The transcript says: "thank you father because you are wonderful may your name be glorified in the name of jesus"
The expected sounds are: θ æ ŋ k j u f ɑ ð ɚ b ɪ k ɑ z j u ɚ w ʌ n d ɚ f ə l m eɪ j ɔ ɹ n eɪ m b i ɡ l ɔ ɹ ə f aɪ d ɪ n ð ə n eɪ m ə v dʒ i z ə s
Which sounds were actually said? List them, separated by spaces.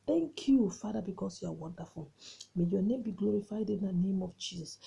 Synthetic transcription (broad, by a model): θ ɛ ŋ k j u f ɑ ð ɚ b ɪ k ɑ s j u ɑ w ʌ n d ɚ f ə l m eɪ j ɔ n eɪ m b i ɡ l ɔ ɹ ə f aɪ d ɪ n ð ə n eɪ m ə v dʒ i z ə s